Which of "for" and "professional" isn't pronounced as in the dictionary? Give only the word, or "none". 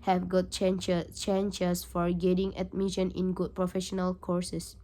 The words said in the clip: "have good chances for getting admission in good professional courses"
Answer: none